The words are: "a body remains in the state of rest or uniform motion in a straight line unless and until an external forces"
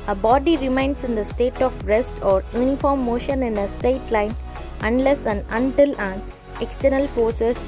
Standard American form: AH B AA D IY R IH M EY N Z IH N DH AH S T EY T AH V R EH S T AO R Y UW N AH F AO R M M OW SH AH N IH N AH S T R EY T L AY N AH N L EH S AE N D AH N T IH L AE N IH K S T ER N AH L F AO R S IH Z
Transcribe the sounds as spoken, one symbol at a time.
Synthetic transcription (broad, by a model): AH B AA D IY R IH M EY N S IH N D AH S T EY T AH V R EH S T AO R Y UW N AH F AO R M M OW SH AH N IH N AH S T EY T L AY N AH N L EH S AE N AH N T IH L AE N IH K S T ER N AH L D AO S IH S